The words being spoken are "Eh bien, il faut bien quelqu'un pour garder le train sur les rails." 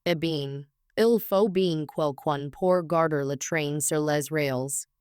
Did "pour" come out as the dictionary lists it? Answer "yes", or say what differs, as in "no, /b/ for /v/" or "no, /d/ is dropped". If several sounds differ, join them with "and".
yes